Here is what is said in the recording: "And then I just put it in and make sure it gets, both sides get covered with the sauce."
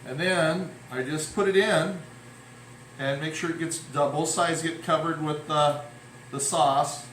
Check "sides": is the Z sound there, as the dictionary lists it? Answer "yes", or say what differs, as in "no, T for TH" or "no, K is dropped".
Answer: yes